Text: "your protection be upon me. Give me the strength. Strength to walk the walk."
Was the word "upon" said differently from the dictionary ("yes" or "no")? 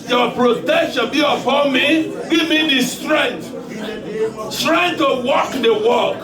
yes